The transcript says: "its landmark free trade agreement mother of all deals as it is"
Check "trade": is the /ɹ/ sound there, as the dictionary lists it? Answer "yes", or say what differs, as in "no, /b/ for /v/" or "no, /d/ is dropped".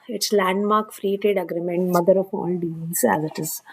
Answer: no, /ɹ/ is dropped